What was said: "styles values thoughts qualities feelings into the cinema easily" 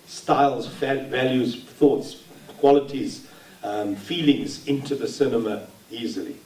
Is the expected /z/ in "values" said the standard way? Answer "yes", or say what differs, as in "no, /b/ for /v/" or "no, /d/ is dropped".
yes